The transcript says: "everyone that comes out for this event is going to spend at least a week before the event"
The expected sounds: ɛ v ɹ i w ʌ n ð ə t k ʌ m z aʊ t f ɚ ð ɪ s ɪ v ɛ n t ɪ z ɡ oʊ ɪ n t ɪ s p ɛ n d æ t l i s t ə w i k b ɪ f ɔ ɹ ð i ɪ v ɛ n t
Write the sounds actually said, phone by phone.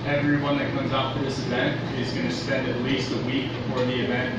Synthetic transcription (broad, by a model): ɛ v ɹ i w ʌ n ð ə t k ʌ m z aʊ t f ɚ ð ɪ s ɪ v ɛ n t ɪ z ɡ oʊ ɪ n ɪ s p ɛ n d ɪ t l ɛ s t ə w i k b ɪ f ɔ ɹ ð i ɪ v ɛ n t